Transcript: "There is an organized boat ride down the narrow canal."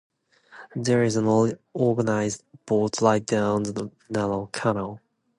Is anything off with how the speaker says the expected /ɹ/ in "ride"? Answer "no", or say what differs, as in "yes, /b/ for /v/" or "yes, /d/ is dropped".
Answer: yes, /l/ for /ɹ/